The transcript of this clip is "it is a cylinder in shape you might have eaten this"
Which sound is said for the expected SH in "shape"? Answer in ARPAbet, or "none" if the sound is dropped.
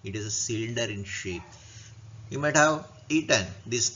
SH